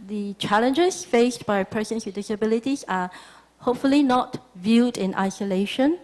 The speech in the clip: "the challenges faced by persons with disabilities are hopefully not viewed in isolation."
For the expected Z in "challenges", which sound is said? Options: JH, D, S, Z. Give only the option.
S